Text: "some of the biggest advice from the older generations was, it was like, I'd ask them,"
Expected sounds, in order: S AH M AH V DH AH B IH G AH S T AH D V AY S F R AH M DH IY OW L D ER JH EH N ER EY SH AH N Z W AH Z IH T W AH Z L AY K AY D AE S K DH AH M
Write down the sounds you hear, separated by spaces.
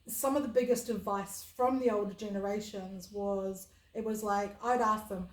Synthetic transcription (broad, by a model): S AH M AH V DH AH B IH G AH S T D V AY S F R AH M DH IY OW L D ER JH EH N ER EY SH AH N Z W AH Z IH T W AH Z L AY K AY D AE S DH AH M